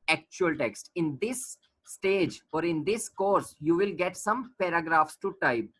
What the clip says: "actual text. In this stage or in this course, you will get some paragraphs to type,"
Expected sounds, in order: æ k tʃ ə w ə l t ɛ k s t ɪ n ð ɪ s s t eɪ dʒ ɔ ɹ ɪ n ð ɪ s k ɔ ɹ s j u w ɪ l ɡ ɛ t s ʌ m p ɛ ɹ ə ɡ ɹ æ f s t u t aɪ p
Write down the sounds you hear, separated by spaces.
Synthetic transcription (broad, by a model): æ k tʃ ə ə l t ɛ k s t ɪ n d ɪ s s t eɪ dʒ ɔ ɹ ɪ n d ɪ s k ɔ ɹ s j u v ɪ l ɡ ɛ t s ʌ m p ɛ ɹ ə ɡ ɹ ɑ f s t u t aɪ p